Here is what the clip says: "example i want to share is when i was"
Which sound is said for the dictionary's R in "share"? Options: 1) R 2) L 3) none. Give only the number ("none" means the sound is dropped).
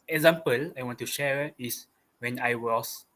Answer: 1